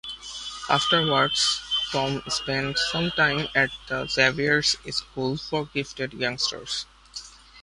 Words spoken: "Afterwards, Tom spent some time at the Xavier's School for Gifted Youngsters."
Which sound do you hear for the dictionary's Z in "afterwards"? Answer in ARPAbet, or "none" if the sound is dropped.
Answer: S